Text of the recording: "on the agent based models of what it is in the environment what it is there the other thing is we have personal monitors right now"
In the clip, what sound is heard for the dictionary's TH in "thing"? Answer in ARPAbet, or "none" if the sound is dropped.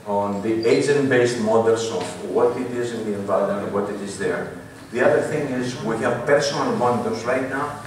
TH